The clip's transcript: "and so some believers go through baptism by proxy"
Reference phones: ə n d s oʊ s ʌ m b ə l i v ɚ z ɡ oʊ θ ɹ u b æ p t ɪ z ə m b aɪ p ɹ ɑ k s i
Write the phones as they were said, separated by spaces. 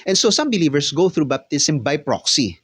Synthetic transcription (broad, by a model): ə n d s oʊ s ʌ m b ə l i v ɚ s ɡ oʊ θ ɹ u b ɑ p t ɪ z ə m b aɪ p ɹ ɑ k s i